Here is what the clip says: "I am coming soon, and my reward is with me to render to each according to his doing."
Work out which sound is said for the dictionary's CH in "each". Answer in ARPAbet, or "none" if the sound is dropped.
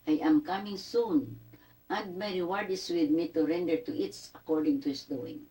S